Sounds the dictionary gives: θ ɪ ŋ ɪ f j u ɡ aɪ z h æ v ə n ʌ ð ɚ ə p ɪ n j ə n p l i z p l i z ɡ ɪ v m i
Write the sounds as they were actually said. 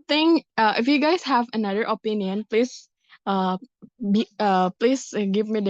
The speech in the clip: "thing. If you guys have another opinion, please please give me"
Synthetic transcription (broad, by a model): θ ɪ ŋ ɪ f j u ɡ aɪ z h æ v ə n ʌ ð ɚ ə p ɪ n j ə n p l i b p l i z ɡ ɪ v m i